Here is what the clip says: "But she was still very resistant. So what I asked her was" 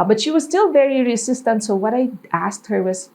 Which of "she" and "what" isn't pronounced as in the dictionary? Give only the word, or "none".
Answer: none